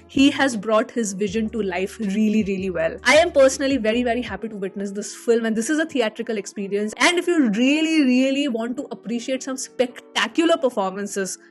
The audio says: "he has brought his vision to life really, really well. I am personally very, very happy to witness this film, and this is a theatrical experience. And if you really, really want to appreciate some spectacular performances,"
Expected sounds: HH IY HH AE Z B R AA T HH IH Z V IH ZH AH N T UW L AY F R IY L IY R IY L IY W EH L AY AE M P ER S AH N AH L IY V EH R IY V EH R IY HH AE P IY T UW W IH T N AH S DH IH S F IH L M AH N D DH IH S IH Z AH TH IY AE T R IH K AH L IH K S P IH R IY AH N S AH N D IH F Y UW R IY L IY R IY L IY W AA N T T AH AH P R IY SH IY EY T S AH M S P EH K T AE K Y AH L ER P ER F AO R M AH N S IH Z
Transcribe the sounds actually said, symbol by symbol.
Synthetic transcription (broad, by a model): HH IY HH AE Z B R AA T HH IH Z V IH ZH AH N T UW L AY F R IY L IY R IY L IY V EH L AY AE M P ER S AH N AH L IY V EH R IY V EH R IY HH AE P IY T UW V IH T N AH S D IH S F IH L M AH N D IH S IH Z AH T IY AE T R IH K AH L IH K S P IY R IY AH N S AH N D IH F Y UW R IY L IY R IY L IY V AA N T T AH AH P R IY SH IY EY T S AH M S P EH K T AE K Y AH L ER P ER F AO R M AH N S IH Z